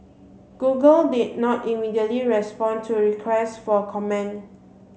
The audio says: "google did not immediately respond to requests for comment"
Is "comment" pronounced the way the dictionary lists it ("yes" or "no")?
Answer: no